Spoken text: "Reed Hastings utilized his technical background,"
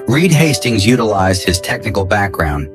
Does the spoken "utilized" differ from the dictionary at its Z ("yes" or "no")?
no